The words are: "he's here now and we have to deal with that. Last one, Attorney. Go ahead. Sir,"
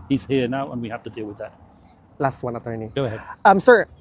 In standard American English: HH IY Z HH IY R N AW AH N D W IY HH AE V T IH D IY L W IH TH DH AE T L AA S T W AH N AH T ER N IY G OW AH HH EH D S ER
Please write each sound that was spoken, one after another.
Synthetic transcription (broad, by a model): HH IY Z HH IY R N AW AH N W IY HH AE F T IH D IY L W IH DH AE T L AA S T W AH N AH T ER N IY G OW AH HH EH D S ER